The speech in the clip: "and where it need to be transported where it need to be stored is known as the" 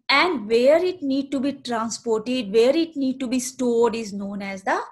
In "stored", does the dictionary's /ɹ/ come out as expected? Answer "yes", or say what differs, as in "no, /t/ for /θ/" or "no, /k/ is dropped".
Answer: no, /l/ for /ɹ/